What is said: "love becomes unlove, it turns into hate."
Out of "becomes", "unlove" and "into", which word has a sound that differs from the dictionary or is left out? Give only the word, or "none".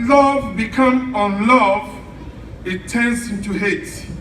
becomes